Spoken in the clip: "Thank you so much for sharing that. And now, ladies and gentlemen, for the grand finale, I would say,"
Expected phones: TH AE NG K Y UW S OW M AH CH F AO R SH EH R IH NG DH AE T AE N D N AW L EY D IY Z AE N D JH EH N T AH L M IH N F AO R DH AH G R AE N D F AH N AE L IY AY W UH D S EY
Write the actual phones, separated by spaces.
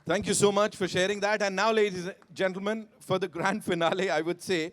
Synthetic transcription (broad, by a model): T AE NG K Y UW S OW M AH CH F AO R SH EH R IH NG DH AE T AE N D N AW L EY D IY Z JH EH N T L M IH N F AO R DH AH G R AE N D F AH N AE L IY AY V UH D S EY